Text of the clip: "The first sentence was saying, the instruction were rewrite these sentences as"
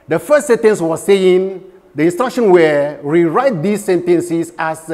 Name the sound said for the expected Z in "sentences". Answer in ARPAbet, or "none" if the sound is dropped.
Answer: S